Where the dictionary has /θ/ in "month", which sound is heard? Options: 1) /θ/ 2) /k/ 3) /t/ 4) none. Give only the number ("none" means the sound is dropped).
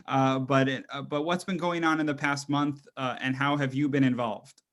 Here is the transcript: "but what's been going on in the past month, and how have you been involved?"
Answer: 1